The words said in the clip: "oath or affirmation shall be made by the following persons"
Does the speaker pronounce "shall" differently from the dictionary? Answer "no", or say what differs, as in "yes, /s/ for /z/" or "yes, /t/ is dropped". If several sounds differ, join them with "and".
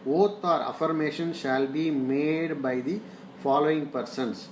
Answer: no